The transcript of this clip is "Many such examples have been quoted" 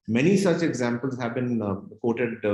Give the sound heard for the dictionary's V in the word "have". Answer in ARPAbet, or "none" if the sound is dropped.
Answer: V